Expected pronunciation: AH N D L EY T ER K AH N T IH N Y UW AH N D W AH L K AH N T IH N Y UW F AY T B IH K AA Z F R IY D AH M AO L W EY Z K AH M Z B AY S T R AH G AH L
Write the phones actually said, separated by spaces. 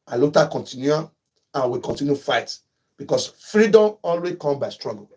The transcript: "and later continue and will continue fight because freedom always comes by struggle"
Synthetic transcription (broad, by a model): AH L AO T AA K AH N T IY N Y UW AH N W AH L K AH N T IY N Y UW F AY T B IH K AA S F R IY D AH M AO L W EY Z K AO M B AY S T R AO G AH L